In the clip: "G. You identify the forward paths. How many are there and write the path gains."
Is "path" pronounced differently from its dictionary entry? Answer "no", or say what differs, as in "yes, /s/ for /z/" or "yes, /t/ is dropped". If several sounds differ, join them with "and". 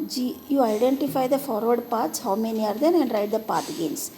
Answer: yes, /t/ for /θ/